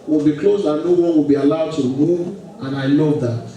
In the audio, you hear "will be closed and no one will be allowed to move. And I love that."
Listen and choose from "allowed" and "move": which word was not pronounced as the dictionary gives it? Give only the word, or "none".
move